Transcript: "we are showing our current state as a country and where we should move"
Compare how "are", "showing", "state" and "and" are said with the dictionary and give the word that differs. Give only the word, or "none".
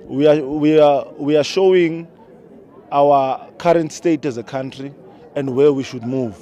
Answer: are